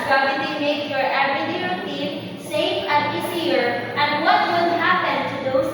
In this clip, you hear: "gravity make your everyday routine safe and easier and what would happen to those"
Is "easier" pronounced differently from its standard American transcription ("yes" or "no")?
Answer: yes